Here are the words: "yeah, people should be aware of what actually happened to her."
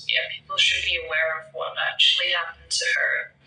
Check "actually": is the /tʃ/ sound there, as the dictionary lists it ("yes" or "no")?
yes